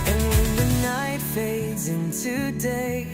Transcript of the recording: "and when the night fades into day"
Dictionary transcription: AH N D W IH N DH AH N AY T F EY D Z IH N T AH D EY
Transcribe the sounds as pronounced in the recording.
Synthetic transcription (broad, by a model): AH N W IH N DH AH N AY T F EY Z IH N T AH D EY